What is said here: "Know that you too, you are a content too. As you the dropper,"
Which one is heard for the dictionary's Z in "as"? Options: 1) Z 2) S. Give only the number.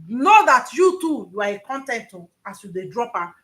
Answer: 2